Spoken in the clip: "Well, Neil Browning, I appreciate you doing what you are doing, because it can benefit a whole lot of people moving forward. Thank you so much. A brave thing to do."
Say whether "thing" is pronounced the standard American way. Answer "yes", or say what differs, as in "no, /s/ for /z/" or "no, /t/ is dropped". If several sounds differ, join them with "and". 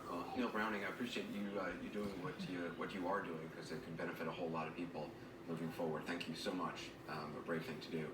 yes